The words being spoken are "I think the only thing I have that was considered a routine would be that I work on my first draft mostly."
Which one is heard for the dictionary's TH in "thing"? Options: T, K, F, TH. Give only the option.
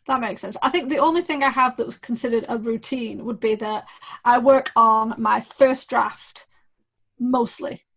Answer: TH